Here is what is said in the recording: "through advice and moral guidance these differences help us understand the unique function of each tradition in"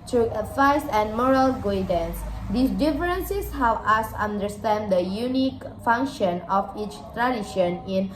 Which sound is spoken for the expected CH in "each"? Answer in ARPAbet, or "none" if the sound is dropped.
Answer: CH